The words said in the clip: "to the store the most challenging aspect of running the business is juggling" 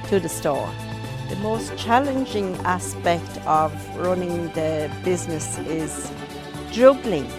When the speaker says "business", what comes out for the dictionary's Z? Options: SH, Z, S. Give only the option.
Z